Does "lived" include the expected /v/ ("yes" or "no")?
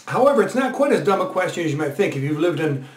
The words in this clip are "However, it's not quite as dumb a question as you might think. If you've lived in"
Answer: yes